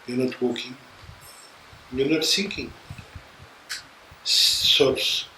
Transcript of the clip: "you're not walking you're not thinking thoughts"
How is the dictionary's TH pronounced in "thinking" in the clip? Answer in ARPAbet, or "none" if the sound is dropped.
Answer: S